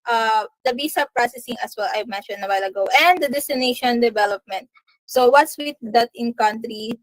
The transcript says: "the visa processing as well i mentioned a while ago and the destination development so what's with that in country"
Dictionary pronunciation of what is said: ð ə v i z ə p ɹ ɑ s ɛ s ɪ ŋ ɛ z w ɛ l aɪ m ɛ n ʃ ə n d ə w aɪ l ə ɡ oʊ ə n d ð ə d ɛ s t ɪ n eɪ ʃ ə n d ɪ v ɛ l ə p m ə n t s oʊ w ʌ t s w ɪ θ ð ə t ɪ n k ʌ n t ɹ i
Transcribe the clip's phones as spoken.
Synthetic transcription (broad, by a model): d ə b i s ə p ɹ ɑ s ɛ s ɪ ŋ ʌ s w ɛ l aɪ m ɛ n ʃ ə n d ə w aɪ l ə ɡ oʊ ə n d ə d ɛ s t ɪ n eɪ ʃ ə n d ɪ v ɛ l ə p m ə n t s oʊ w ʌ t s w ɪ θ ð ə t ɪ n k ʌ n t ɹ i